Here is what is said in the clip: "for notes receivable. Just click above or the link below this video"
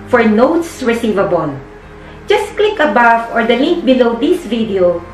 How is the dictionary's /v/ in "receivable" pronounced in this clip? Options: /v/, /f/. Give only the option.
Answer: /v/